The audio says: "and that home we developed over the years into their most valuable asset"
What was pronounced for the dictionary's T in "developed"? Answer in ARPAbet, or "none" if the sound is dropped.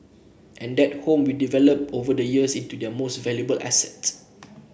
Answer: none